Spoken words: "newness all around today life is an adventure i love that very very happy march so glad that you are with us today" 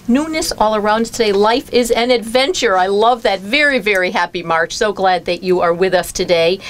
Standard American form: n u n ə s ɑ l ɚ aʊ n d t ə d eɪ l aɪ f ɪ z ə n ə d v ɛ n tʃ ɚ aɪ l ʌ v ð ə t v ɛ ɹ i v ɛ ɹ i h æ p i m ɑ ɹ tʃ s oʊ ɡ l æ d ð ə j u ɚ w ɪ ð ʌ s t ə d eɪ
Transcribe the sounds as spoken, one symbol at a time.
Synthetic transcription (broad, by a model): n u n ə s ɑ l ɚ aʊ n d t ə d eɪ l aɪ f ɪ z ə n ə d v ɛ n tʃ ɚ aɪ l ʌ v ð ə t v ɛ ɹ i v ɛ ɹ i h æ p i m ɑ ɹ tʃ s oʊ ɡ l æ d ð ə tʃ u ɚ w ɪ ð ʌ s t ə d eɪ